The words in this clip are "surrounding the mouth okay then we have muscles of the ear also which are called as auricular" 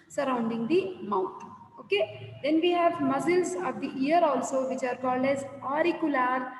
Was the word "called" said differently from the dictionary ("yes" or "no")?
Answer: no